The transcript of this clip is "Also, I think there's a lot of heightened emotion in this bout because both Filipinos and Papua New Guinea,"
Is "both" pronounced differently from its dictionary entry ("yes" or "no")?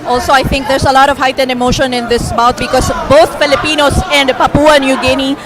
yes